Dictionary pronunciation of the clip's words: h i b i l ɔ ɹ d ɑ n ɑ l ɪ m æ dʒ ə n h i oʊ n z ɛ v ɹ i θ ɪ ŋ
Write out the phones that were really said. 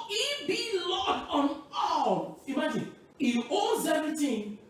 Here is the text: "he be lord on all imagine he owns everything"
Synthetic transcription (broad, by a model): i b i l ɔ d ɑ n ɑ l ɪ m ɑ dʒ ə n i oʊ z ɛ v ɹ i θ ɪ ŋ